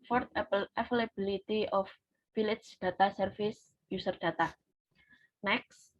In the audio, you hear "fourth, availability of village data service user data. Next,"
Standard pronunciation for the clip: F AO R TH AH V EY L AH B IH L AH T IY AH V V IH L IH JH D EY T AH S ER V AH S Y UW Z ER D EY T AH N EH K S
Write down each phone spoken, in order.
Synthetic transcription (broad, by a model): F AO R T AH F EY L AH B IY L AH T IY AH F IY L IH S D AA T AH S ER F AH S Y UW S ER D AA T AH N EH K S